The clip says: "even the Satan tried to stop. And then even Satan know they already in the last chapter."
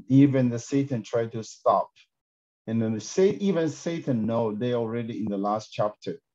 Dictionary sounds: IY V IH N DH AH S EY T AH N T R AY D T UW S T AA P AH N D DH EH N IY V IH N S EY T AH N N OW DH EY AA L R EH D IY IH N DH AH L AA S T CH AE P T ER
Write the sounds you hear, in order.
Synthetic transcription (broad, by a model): IY V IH N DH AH S EY T AH N T R AY D T UW S T AA P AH N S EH IY V IH N S EY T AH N N OW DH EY AA L R EH D IY IH N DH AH L AA S T CH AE P T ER